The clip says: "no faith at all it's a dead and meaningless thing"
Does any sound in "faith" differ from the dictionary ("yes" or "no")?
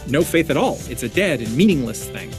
no